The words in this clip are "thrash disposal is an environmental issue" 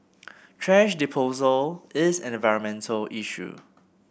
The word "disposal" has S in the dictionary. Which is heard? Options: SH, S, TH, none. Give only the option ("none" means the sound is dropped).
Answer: none